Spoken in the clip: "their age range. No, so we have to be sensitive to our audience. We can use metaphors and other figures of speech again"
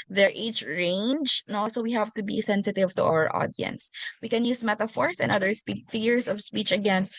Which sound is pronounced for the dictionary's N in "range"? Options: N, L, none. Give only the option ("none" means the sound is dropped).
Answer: N